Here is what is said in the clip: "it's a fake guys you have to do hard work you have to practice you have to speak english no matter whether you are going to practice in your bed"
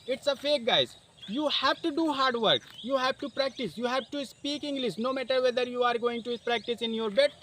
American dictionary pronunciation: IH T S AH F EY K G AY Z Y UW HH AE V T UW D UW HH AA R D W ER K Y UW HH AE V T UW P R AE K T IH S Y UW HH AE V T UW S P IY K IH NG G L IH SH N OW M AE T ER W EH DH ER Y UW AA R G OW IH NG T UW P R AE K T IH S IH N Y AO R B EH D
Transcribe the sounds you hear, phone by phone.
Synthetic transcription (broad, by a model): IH T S AH F EY K G AY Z Y UW HH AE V T UW D UW HH AA R D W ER K Y UW HH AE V T UW P R AE K T IH S Y UW HH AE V T UW S P IY K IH NG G L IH S N OW M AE T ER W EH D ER Y UW AA R G OW IH NG T UW P R AE K T IH S IH N Y AO R B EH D